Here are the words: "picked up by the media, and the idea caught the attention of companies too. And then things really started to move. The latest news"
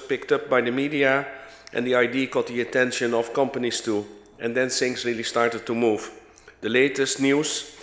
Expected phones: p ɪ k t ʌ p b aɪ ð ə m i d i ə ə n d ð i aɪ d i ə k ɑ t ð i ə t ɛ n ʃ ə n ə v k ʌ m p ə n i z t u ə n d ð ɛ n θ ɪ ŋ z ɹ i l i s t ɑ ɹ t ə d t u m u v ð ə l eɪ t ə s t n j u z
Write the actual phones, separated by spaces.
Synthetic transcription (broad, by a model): p ɪ k t ʌ p b aɪ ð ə m i d i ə ə n d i aɪ d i k ɑ t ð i ə t ɛ n ʃ ə n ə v k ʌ m p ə n i s t u ə n d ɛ n s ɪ ŋ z ɹ i l i s t ɑ ɹ t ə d t u m u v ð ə l eɪ t ə s t n j u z